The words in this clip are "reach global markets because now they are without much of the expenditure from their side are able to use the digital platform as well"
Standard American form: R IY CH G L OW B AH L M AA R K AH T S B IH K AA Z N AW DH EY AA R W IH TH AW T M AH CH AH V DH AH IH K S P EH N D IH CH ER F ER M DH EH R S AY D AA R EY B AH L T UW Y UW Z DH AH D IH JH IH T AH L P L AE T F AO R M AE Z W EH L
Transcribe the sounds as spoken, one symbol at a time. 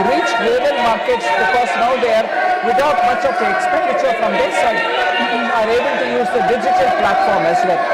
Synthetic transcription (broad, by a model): R IY CH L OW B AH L M AA R K AH T S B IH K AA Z N AW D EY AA R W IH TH AW T M AH CH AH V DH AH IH K S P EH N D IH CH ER F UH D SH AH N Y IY AA R EY B AH L T UW Y UW Z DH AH D IH JH IH T AH L P L AE T F AO R M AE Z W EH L